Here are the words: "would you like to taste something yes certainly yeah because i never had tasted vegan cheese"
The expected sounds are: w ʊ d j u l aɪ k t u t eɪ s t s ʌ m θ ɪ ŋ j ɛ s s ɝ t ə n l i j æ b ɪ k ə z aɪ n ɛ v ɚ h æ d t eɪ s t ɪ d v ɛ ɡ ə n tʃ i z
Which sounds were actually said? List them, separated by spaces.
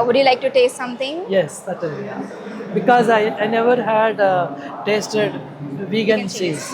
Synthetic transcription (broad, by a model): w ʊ d j u l aɪ k t u t eɪ s t s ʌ m t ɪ ŋ j ɛ s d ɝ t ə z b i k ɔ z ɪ ə aɪ n ɛ v ɚ h æ d t eɪ s t ɪ d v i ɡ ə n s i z